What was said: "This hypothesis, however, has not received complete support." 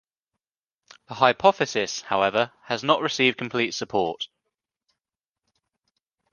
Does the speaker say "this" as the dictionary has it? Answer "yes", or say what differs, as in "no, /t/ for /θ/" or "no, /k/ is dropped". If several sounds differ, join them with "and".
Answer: no, /s/ is dropped